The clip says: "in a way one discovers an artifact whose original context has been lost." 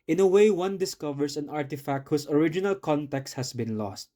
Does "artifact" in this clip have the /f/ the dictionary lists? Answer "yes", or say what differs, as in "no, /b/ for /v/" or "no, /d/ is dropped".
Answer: yes